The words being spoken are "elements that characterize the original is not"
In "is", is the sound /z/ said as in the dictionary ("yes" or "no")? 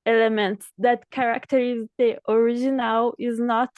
yes